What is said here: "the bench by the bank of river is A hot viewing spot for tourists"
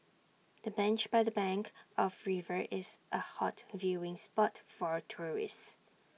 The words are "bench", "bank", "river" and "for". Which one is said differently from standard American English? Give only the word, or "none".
none